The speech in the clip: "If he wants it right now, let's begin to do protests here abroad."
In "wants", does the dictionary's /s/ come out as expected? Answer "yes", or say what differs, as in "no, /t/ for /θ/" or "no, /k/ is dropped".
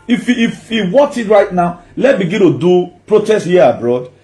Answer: no, /s/ is dropped